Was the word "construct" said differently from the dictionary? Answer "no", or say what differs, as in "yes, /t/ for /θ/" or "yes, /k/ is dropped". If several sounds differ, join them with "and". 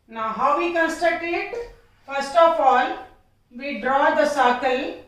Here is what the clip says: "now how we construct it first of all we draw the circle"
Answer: yes, /ɹ/ is dropped and /k/ is dropped